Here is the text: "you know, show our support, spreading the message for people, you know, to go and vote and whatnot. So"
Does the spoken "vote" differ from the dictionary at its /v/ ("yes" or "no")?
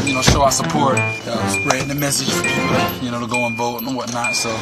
no